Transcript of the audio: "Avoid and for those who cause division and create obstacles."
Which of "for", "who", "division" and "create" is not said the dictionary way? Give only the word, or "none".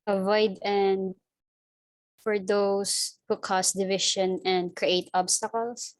division